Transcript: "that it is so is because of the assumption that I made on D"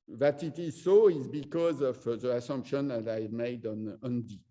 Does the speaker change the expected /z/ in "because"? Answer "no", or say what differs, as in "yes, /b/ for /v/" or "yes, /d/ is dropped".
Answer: no